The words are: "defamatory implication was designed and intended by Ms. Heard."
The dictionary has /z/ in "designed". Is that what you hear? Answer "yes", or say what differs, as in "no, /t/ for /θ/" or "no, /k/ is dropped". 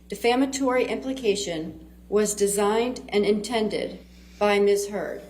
yes